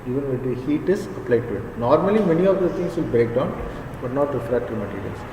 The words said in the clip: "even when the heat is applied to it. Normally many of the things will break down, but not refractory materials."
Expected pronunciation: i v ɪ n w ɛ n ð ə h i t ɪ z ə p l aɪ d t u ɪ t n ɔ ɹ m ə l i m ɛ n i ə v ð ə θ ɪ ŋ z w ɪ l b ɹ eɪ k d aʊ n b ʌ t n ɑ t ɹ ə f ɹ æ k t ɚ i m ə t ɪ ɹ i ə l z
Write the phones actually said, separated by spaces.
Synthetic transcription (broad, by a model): i v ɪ n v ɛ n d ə h i t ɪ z ə p l aɪ d t u ɪ t n ɔ ɹ m ə l i m ɛ n i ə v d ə t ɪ ŋ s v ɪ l b ɹ eɪ k d aʊ n b ʌ t n ɑ t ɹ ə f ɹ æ t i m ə t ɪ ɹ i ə l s